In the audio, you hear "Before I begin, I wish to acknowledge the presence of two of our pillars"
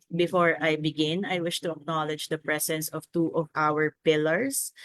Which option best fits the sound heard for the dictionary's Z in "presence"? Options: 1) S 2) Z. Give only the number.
1